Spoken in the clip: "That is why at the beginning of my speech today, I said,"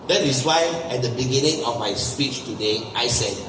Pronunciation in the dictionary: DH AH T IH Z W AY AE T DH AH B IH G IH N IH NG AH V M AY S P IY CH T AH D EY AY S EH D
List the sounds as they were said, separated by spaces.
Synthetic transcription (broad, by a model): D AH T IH S W AY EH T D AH B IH G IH N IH NG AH F M AY S P IY CH T AH D EY AY S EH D